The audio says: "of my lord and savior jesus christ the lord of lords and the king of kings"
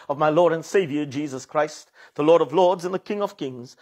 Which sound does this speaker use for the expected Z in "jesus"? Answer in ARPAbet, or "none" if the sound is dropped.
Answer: Z